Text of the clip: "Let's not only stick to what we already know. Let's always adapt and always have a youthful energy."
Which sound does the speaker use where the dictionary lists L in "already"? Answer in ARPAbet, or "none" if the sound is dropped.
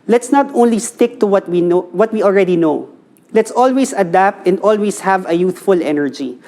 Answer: L